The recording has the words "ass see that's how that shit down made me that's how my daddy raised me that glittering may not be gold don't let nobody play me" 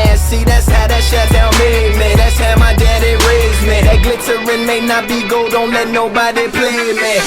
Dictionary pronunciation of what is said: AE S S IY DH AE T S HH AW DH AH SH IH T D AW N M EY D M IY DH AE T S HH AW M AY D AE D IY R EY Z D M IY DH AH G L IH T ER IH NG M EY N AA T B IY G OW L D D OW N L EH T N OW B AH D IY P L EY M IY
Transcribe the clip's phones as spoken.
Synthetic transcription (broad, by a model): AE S S IY DH AE T S HH AW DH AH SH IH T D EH L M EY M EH DH AE T S HH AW M AY D AE D IY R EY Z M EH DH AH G L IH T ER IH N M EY N AA T B IY G OW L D D OW N L EH T N OW B AH D IY P L EY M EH